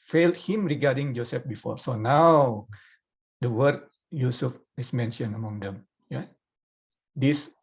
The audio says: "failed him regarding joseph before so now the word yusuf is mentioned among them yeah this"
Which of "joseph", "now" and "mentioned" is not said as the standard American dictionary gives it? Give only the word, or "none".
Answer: mentioned